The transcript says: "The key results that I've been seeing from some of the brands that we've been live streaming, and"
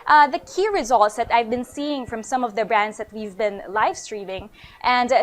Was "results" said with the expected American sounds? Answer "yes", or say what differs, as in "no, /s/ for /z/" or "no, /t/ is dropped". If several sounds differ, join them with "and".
yes